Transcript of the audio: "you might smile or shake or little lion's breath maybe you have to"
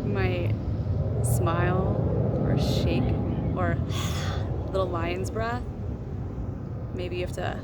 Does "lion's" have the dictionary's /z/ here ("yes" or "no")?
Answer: yes